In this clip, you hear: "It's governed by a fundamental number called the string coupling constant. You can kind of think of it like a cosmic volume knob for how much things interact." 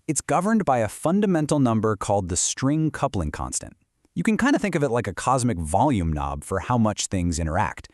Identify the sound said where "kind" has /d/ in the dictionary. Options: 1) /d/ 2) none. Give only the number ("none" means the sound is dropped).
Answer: 1